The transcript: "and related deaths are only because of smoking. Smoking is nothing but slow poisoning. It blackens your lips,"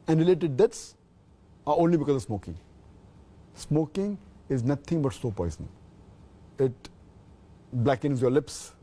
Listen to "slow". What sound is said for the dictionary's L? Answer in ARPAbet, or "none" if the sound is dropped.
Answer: none